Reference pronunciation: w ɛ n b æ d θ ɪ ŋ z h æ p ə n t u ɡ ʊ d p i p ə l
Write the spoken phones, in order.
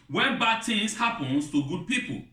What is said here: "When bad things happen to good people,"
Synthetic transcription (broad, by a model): w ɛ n b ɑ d t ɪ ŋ s h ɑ p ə n t u ɡ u d p i p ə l